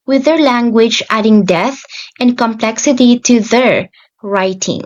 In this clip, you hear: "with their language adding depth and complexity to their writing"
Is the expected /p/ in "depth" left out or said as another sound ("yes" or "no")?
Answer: yes